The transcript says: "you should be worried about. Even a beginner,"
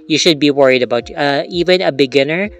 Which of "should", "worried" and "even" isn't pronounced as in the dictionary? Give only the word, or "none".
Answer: none